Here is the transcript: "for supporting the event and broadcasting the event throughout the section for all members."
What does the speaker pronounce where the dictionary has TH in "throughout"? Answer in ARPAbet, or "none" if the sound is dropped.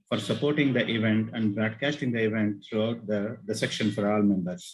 T